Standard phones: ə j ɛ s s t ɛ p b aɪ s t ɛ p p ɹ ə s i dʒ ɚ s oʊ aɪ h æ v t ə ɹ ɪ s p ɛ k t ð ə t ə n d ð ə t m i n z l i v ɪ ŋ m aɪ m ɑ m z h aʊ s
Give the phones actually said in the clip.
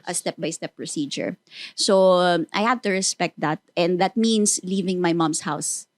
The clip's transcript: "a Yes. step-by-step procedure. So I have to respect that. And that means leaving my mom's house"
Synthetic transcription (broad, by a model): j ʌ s s t ɛ p b aɪ s t ɛ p p ɹ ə s i dʒ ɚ s oʊ aɪ h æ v t ə ɹ ɪ s p ɛ k t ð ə t ə n d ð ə t m i n s l i v ɪ ŋ m aɪ m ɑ m s h aʊ s